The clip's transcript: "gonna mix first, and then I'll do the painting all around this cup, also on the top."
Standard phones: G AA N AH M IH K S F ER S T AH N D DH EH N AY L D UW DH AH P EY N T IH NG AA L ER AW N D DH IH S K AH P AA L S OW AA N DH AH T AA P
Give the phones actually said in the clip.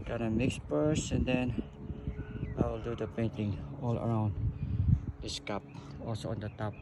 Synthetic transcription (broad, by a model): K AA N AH M IH K S P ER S AH N D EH N AY L D UW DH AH P EY N T IH NG AA L ER AW N D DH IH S K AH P AA L S OW AA N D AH T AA P